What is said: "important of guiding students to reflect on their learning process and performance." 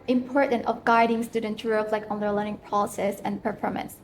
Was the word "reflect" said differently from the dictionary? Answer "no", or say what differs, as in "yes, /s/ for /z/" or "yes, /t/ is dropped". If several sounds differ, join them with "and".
yes, /t/ is dropped